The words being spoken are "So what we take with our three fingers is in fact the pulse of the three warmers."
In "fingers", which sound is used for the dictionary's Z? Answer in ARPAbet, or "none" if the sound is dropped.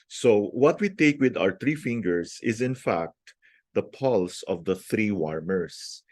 S